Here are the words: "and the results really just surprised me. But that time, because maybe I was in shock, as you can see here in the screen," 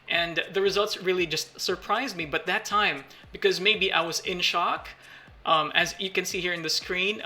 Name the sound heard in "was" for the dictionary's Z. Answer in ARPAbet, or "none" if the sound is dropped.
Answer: Z